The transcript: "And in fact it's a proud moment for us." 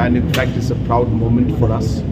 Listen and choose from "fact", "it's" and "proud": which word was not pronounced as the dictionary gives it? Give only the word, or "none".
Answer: none